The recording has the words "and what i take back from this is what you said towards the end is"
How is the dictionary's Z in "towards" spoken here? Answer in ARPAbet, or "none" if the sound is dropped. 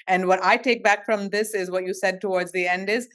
Z